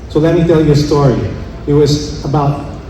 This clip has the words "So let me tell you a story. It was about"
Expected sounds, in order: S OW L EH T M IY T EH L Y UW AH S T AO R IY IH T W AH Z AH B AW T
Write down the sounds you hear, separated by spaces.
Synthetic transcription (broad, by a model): S OW L EH T M IY T EH L Y AH S T AO R IY IH T W AH Z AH B AW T